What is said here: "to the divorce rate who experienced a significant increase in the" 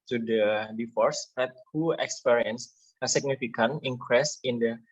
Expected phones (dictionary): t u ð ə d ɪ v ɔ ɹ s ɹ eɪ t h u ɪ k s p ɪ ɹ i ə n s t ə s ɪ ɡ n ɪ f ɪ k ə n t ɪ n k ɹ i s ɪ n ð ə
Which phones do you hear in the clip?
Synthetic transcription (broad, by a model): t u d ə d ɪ f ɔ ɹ s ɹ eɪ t h u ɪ k s p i ɹ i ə n s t ə s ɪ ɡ n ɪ f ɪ k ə n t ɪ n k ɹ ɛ s ɪ n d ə